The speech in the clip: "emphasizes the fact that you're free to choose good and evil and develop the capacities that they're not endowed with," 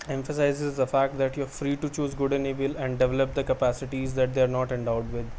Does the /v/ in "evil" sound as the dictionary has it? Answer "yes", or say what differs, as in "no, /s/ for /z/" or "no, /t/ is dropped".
no, /b/ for /v/